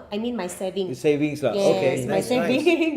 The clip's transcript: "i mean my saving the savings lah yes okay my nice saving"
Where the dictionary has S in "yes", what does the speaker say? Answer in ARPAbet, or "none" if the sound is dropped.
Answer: none